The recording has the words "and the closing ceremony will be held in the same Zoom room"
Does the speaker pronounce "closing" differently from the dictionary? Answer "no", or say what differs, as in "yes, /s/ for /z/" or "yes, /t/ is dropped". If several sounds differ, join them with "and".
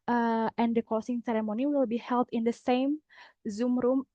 yes, /l/ is dropped and /s/ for /z/